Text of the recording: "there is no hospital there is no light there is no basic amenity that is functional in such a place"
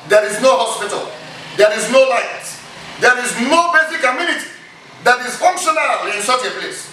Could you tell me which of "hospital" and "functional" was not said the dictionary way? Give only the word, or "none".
none